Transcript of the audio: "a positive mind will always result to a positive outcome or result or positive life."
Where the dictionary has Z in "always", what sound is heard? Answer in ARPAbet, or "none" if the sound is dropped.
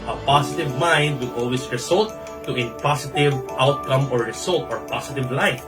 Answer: S